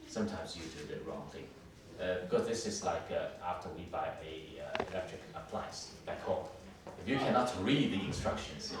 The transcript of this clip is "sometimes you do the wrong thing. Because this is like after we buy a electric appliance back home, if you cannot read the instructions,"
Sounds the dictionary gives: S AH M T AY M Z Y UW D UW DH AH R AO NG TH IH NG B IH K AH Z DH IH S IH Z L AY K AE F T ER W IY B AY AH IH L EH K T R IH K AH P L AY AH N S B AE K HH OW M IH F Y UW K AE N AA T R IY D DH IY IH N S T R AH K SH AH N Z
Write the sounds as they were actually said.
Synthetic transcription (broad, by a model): S AH M T AY M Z Y UW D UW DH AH R AO NG TH IH NG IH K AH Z DH IH S IH Z L AY K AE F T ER W IY B AY AH IH L EH K T R IH K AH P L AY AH S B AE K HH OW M IH F Y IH K AE N AA T R IY D DH IY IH N S T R AH K SH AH N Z